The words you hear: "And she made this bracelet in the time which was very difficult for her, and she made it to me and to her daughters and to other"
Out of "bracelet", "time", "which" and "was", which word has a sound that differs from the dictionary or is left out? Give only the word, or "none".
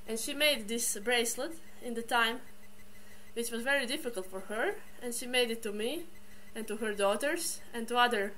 none